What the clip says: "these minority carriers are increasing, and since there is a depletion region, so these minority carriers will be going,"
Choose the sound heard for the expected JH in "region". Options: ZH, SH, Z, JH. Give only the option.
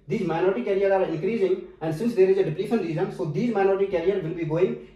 Z